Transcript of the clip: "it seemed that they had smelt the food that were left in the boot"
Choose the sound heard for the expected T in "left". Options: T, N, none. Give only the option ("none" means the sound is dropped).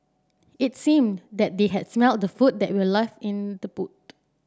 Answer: none